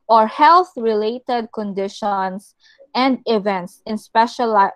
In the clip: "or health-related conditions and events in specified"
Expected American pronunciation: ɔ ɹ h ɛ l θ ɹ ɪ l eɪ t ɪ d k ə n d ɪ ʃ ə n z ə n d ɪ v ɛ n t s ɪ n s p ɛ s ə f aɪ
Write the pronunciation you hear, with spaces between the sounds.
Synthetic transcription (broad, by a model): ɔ ɹ h ɛ l θ ɹ ɪ l eɪ t ɪ d k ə n d ɪ ʃ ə n s ə n d ɪ v ɛ n t s ɪ n s p ɛ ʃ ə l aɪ